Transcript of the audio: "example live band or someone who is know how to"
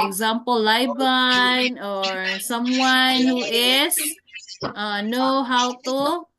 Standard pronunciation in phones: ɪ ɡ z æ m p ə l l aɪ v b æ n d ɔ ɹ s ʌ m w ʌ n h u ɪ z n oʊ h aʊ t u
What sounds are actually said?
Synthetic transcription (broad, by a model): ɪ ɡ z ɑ m p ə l l aɪ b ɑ n ɔ ɹ s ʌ m w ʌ n h u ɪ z n oʊ h aʊ t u